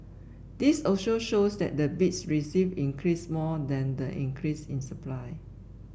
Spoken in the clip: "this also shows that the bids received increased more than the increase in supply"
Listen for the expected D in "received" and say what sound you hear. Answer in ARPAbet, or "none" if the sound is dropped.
none